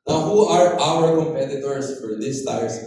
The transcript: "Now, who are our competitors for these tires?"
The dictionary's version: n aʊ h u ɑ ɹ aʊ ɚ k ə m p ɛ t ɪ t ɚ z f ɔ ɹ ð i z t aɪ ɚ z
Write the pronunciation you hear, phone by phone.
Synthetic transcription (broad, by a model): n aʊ h u ɑ ɹ aʊ ɚ k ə m p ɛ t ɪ t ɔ s f ɔ ɹ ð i s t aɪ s